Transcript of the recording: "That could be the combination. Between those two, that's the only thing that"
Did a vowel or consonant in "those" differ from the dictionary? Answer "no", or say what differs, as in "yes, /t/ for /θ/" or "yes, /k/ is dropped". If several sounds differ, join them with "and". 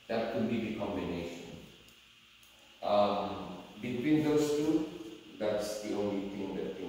yes, /s/ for /z/